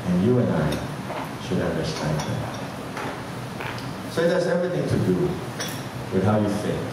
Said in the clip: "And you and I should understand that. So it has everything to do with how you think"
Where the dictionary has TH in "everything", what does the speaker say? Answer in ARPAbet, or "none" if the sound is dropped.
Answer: TH